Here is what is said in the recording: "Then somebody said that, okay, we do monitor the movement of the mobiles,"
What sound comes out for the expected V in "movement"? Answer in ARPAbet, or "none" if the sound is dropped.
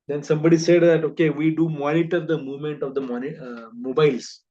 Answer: V